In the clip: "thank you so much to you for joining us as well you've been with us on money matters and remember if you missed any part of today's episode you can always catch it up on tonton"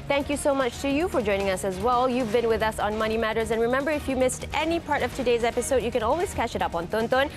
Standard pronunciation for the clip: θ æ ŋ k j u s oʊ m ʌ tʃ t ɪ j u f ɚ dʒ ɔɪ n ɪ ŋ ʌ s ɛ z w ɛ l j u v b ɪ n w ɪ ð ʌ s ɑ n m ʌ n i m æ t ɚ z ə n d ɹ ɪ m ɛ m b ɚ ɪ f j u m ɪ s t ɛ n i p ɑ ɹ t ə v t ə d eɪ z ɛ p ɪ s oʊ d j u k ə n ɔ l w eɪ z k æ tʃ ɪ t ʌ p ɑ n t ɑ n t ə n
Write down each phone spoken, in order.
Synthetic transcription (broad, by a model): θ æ ŋ k j u s oʊ m ʌ tʃ t ɪ j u f ɚ dʒ ɔɪ n ɪ ŋ ʌ s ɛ z w ɛ l j u v b ɪ n w ɪ ð ʌ s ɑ n m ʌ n i m æ t ɚ z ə n ɹ ɪ m ɛ m b ɚ ɪ f j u m ɪ s t ɛ n i p ɑ ɹ t ə v t ə d eɪ z ɛ p ɪ s oʊ d j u k ə n ɔ l w eɪ z k æ tʃ ɪ t ʌ p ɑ n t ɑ n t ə n